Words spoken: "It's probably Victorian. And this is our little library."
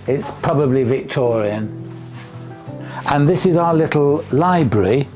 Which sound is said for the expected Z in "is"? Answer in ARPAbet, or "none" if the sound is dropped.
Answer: Z